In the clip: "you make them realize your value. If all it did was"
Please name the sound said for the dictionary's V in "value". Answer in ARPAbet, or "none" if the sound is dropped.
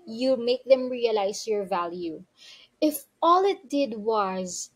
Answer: V